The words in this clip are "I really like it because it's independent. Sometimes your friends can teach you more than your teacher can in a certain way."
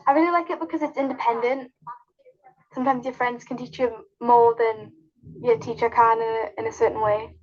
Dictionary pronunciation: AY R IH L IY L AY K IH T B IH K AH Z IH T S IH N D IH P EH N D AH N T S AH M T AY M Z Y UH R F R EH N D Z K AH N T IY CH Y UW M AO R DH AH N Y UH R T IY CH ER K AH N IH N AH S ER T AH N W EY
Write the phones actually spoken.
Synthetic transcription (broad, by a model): AY R IH L IY L AY K IH T B IH K AH Z IH T S IH N D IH P EH N D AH N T S AH M T AY M Z Y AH F R EH N D Z K AH N T IY CH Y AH M AO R DH AH N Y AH T IY CH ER K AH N IH N AH S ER T N W EY